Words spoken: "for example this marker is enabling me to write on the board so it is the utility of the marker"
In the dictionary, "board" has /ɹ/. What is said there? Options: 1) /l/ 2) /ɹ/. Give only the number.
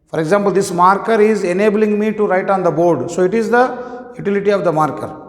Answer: 2